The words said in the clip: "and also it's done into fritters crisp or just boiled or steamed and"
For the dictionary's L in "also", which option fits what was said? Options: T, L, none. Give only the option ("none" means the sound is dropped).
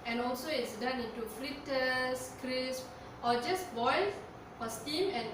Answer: L